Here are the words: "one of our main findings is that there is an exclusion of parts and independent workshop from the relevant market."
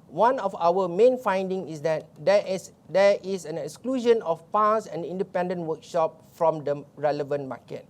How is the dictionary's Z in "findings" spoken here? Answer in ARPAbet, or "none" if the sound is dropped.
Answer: none